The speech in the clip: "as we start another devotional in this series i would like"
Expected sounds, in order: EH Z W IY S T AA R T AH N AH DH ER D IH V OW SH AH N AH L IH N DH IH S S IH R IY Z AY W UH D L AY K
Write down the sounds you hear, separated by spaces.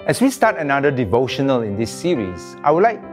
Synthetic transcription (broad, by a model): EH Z W IY S T AA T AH N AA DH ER D IH V OW SH AH N AH L IH N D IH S S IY R IY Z AY W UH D L AY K